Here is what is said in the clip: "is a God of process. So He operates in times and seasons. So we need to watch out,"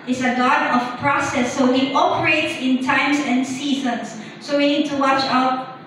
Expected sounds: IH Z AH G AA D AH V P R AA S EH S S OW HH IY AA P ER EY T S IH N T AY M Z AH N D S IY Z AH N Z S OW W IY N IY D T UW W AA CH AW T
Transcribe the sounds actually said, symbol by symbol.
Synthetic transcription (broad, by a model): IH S AH G AA D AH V P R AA S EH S S OW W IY AA P ER EY T S IH N T AY M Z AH N S IY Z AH N S OW W IY N IY D T UW W AA CH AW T